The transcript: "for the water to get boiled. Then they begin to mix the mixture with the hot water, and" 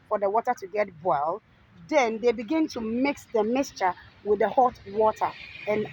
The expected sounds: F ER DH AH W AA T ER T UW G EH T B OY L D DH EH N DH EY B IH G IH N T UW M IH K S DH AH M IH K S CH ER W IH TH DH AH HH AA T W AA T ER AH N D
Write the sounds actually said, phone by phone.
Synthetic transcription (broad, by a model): F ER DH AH W AA T ER T UW G EH T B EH L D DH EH N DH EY B IH G IH N T UW M IH K S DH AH M IH K S CH ER W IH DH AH HH AA T W AA T ER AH N